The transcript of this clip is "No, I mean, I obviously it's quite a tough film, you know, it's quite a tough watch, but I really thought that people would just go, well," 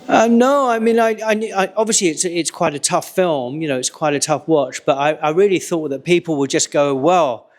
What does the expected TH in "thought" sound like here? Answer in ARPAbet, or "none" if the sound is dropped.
TH